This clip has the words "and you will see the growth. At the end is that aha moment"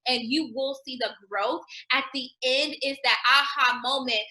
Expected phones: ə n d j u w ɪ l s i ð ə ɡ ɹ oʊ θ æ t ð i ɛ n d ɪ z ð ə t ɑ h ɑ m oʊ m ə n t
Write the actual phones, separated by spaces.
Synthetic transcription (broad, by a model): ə n j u w ɪ l s i ð ə ɡ ɹ oʊ θ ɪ t ð i ɛ n d ɪ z ð ə t ɑ h ɑ m oʊ m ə n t